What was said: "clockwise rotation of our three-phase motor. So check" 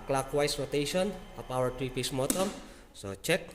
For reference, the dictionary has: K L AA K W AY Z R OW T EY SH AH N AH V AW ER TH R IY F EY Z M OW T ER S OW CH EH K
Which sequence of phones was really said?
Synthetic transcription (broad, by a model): K L AA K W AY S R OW T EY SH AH N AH P AW ER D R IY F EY S M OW T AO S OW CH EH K